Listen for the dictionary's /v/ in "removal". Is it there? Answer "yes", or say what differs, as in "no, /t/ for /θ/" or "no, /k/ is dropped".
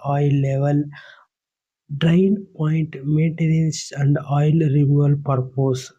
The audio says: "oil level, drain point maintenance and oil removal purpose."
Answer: no, /v/ is dropped